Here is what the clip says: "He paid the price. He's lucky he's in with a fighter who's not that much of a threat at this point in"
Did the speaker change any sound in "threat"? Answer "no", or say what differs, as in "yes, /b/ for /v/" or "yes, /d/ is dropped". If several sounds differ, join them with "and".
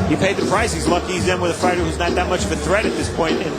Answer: no